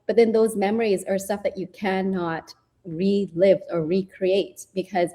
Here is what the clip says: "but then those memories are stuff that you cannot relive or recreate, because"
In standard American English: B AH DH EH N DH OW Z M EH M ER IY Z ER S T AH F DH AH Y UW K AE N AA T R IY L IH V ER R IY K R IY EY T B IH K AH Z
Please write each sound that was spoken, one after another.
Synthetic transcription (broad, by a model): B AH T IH N DH OW Z M EH M ER IY Z ER S T AH F DH AH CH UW K AE N AA T R IY L IH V ER R IY K R IY EY T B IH K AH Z